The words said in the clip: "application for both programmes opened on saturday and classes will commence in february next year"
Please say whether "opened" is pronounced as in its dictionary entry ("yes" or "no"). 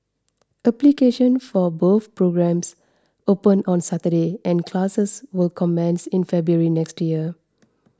no